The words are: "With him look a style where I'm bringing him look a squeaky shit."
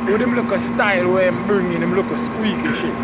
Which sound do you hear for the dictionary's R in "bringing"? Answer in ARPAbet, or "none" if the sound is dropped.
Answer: none